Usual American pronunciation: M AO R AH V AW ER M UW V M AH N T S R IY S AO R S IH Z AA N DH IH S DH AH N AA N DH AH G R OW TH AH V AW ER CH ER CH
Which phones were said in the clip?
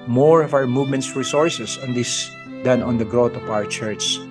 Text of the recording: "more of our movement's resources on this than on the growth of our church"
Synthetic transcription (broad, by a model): M AO R AH V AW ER M UW V M AH N T S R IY S AO R S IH S AA N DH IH S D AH N AA N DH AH G R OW T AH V AW ER CH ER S